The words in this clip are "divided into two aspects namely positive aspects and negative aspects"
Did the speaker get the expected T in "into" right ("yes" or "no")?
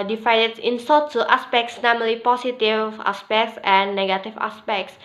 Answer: no